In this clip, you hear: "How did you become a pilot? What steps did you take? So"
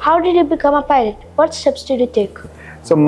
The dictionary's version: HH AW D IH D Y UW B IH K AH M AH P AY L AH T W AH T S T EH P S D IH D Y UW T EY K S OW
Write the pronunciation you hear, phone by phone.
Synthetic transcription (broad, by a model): HH AW D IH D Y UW B IH K AH M AH P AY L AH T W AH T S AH B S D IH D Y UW T EY K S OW